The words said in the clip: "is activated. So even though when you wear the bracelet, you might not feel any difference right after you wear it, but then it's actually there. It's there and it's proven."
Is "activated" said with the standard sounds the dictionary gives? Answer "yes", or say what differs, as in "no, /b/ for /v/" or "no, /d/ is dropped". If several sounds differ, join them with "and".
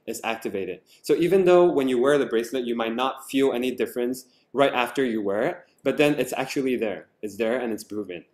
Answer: yes